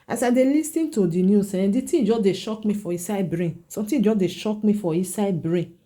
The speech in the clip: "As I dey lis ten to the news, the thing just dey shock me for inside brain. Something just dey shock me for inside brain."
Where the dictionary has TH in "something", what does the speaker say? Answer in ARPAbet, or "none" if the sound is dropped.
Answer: T